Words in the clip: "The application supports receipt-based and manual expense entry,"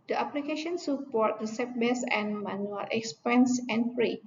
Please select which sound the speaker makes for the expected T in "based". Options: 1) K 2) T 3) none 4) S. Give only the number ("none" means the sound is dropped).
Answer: 3